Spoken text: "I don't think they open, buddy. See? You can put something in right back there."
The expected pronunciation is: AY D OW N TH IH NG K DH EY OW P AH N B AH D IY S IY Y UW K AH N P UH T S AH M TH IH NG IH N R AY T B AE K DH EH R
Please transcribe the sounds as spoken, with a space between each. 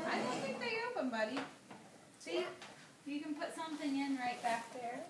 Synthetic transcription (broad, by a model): AY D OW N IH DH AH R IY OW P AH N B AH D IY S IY Y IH K AH N P UH T S AH M TH IH NG IH N R AY T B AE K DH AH R